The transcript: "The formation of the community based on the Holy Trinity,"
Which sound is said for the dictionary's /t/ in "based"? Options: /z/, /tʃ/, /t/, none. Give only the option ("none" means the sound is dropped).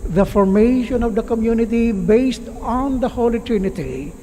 /t/